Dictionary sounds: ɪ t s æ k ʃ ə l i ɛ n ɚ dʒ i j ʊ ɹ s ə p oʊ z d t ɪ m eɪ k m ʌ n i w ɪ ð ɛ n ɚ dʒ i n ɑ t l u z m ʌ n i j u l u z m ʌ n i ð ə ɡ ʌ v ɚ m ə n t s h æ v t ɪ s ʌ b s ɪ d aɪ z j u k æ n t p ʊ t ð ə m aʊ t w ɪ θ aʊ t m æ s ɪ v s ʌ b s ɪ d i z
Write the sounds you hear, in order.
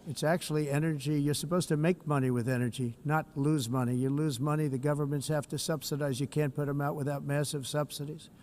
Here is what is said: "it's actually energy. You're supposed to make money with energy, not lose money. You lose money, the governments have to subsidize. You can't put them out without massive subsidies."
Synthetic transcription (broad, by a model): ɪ t s æ k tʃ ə l i ɛ n ɚ dʒ i j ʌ ɹ s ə p oʊ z t ɪ m eɪ k m ʌ n i w ɪ ð ɛ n ɚ dʒ i n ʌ t l u z m ʌ n i j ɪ l u z m ʌ n i ð ə ɡ ʌ v ɚ m ə n t s h æ f t ɪ s ʌ b s ɪ d aɪ z j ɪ k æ n p ʊ t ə m aʊ t w ɪ θ aʊ t m æ s ɪ v s ʌ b s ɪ d i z